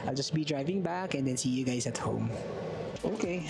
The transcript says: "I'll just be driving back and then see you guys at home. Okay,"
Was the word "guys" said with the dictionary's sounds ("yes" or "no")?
no